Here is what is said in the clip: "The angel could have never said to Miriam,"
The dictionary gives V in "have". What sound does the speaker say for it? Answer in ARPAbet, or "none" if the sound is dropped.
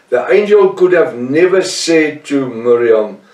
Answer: V